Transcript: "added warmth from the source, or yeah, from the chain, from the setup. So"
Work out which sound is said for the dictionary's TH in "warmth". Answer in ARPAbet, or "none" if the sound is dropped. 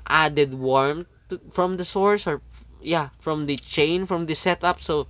T